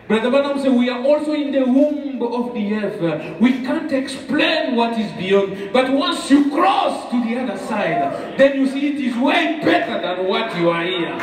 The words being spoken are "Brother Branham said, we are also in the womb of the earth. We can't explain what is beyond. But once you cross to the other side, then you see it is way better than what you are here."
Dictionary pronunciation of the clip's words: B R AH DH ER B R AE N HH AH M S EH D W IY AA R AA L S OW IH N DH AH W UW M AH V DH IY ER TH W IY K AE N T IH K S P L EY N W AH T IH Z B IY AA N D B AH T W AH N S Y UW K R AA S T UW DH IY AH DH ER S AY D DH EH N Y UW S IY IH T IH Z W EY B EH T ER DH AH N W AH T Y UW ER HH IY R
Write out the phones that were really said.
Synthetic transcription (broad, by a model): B R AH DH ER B AA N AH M S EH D W IY AA R AA L S OW IH N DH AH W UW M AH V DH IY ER W IY K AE N T IH K S P L EY N W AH T IH Z B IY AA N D B AH T W AH N S Y UW K R AA S T UW DH IY AH DH ER S AY D DH EH N Y UW S IY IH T IH Z W EY B EH T ER DH AH N W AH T Y UW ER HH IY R